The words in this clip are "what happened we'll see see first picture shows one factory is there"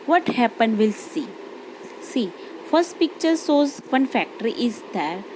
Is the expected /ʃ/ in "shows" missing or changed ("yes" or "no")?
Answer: yes